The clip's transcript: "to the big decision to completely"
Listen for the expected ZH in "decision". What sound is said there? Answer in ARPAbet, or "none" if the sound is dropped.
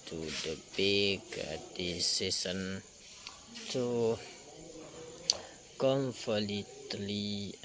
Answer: S